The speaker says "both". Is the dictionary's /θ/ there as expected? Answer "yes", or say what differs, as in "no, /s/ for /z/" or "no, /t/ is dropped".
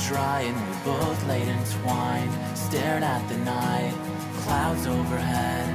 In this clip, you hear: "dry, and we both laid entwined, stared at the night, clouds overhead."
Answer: no, /t/ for /θ/